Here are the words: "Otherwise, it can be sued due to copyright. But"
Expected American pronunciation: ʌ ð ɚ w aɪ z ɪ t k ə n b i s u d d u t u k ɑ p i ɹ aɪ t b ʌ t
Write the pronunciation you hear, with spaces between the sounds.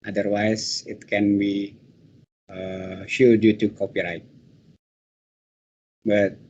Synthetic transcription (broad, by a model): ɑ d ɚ w aɪ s ɪ t k ə n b i ʃ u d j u t u k ɑ p i ɹ aɪ t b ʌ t